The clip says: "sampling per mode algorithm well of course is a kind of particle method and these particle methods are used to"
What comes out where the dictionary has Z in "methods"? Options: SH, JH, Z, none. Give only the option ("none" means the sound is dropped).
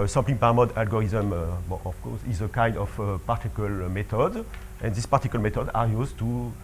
none